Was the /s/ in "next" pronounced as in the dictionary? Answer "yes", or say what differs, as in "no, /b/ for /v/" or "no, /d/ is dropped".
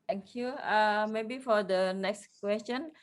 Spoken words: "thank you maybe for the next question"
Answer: yes